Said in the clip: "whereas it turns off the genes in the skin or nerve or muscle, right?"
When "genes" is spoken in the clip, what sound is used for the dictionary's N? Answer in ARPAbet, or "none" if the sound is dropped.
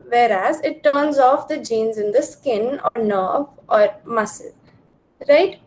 N